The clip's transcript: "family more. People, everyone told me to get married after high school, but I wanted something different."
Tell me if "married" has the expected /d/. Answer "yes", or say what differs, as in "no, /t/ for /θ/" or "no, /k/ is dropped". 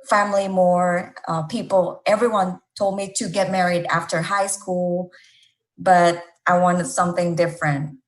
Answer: yes